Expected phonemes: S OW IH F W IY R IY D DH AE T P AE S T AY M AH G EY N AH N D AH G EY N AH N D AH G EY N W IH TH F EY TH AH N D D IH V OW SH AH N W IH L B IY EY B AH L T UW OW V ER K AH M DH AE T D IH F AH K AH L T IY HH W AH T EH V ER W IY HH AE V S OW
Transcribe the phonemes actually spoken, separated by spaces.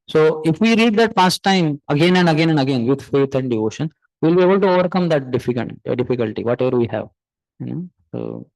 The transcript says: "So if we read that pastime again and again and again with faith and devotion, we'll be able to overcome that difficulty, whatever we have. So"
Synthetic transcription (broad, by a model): S OW IH F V IY R IY D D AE T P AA S T AY M AH G EY N AH N D AH G EY N AH N D AH G EY N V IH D F EY T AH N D D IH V OW SH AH N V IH L B IY EY B AH L T UW OW V ER K AH M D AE T D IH F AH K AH N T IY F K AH T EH V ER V IY HH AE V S OW